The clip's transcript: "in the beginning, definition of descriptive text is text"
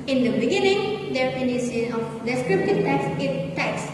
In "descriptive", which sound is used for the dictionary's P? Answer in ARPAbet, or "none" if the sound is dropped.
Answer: P